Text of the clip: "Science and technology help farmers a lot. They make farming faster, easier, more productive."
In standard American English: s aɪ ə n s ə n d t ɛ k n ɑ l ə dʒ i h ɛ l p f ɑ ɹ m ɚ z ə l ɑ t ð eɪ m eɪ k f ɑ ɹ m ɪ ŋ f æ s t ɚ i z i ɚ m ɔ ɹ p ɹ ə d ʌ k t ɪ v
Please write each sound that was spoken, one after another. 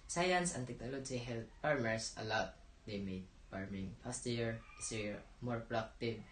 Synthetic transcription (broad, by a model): s aɪ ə n s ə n t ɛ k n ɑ l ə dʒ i h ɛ l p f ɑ ɹ m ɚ s ə l ɑ t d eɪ m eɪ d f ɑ ɹ m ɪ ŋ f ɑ s t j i s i m ɔ ɹ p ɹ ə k t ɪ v